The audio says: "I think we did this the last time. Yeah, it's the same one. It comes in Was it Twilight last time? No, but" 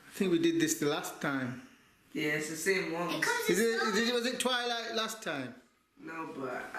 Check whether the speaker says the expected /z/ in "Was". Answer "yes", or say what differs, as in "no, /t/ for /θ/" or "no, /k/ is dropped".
yes